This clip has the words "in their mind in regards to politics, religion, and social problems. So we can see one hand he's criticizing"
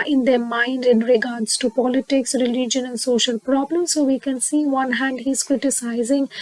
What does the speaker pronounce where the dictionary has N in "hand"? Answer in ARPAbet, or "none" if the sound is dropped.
N